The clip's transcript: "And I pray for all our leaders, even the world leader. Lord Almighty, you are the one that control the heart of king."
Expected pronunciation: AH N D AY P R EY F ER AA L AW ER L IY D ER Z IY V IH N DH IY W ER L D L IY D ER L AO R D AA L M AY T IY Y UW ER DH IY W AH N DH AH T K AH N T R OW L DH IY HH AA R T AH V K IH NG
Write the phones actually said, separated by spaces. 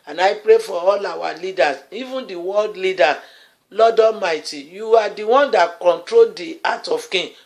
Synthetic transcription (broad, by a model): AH N AY P R EY F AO AA L AW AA L IY D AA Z IY V IH N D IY W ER L D L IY D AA L AO D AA M AY T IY Y UW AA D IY W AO N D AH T K AH N T R OW L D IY AA T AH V K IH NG